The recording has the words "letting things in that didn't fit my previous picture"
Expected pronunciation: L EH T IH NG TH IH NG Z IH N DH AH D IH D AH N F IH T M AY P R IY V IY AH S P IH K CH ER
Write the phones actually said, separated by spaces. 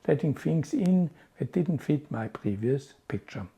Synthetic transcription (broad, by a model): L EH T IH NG F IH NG S IH N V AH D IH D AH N F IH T M AY P R IY V IY AH S P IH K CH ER